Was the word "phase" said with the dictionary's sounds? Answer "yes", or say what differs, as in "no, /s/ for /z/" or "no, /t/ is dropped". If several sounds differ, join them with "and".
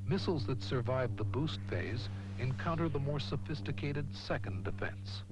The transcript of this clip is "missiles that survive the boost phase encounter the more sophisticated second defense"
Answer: yes